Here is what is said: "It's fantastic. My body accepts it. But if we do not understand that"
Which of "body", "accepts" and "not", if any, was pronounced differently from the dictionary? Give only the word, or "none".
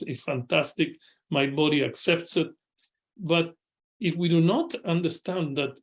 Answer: none